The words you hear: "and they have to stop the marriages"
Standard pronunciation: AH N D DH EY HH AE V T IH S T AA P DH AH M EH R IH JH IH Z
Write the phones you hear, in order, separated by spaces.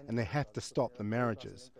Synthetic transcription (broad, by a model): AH N DH EY HH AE F T IH S T AA P DH AH M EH R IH JH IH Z